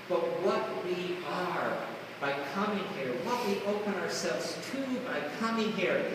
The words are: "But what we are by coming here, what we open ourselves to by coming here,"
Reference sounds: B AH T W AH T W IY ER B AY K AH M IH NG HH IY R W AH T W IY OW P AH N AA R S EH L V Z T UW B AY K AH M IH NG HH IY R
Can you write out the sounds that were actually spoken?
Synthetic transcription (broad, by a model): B AH T W AH T W IY ER B AY K AH M IH NG HH IY R W AH T W IY OW P AH N AA R S EH L V Z T UW B AY K AH M IH NG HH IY R